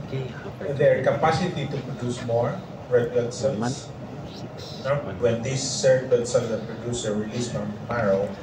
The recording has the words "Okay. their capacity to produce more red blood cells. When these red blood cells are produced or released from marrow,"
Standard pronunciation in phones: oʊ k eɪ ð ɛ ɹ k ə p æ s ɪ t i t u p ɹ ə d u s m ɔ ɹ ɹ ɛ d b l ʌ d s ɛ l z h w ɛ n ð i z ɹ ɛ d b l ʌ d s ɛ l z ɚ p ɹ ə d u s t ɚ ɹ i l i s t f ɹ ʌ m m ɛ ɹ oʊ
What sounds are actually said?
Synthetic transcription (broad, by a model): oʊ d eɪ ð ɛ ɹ k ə p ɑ s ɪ t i t u p ɹ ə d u s m ɔ ɹ ɹ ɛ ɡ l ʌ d s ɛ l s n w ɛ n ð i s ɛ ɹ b ʌ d s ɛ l ɚ p ɹ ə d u s ɚ ɹ i l i s t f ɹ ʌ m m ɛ ɹ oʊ